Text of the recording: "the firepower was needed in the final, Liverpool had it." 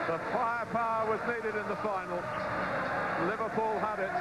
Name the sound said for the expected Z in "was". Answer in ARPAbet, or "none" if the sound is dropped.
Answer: Z